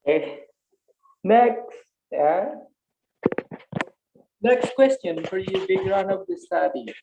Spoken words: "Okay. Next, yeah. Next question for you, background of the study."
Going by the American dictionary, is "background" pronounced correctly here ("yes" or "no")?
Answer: no